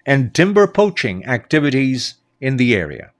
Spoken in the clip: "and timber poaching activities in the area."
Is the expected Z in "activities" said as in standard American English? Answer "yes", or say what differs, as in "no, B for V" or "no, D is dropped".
yes